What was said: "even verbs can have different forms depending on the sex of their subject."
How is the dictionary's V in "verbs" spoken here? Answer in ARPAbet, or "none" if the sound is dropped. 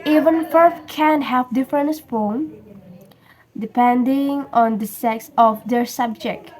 F